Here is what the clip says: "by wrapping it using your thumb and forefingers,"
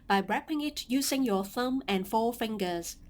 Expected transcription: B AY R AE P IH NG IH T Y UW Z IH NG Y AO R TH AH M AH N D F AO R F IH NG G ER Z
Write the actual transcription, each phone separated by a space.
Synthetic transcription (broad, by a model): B AY R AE P IH NG IH T Y UW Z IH NG Y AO TH AH M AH N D F AO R F IH NG G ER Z